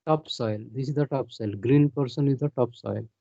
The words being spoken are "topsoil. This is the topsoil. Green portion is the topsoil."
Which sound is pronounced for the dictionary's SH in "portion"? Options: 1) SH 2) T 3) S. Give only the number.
3